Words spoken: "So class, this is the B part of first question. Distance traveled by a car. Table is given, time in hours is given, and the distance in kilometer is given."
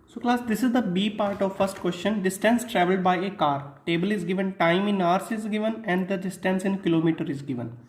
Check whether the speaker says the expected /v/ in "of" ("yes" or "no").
yes